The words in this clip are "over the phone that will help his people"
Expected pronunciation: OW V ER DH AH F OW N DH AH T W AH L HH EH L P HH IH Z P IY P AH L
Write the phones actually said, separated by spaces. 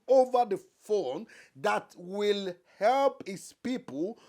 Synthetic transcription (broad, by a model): OW V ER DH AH F OW N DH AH T W AH L HH EH L P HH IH S P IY P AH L